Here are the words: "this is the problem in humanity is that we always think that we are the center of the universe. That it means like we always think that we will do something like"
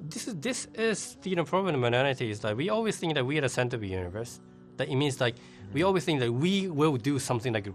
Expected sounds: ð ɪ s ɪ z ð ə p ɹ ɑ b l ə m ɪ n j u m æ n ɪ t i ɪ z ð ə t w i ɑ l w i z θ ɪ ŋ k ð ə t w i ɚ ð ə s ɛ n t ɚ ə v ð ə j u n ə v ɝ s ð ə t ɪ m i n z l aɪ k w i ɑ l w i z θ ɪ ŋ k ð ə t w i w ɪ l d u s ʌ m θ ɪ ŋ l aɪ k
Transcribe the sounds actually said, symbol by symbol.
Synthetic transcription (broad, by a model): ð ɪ s ɪ z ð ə p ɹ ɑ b n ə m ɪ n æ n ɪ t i ɪ z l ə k w i ɑ l w i z θ ɪ ŋ k ð ə t w i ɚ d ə s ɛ n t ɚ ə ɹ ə j u n ə v ɝ s ð ə t ɪ m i n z l aɪ k w i ɑ l w i z θ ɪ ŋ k ð ə t w i w ɪ l d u s ʌ m θ ɪ ŋ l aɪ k